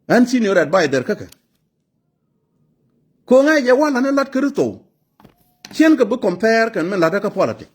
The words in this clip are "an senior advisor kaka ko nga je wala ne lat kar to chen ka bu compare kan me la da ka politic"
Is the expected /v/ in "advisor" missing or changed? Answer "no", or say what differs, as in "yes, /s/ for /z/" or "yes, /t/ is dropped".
yes, /b/ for /v/